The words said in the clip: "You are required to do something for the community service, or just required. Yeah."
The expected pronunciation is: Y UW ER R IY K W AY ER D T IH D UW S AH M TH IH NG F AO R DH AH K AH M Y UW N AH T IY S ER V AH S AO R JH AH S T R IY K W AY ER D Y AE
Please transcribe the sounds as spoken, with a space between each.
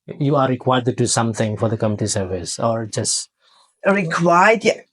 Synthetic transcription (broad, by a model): Y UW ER R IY K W AY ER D T IH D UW S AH M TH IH NG F AO R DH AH K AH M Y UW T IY S ER V AH S AO R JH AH S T R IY K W AY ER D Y